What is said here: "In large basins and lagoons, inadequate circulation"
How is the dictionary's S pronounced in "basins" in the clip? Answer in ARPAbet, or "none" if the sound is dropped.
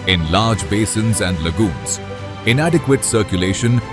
S